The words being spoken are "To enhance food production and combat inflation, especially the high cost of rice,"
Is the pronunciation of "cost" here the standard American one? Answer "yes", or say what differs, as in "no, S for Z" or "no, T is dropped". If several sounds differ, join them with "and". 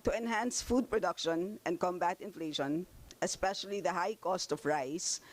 yes